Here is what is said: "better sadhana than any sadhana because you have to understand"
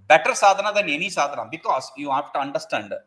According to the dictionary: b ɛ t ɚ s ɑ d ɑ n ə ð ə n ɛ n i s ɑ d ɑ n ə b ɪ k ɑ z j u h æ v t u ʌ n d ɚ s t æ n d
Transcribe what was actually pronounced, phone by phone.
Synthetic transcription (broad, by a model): b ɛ t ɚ s ɑ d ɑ n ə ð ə n ɛ n i s ɑ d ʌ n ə b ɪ k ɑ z j u h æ f t u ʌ n d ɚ s t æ n d